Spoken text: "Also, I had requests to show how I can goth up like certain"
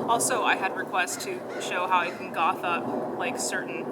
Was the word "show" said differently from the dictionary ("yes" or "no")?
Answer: no